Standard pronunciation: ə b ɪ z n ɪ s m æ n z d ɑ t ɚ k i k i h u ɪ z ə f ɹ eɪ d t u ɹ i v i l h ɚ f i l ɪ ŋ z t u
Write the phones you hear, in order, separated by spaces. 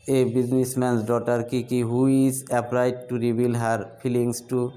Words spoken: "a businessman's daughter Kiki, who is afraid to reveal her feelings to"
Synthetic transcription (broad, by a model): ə b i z n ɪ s m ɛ n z d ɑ t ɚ k i k i h u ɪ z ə p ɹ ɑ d t u ɹ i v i l h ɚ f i l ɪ ŋ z t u